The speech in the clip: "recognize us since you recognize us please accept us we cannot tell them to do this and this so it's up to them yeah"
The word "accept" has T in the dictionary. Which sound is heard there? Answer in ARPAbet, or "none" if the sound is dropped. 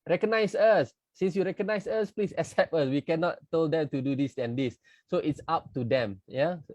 none